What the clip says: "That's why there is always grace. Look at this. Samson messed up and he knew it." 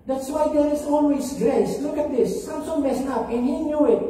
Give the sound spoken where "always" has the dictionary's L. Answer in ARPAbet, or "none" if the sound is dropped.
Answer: N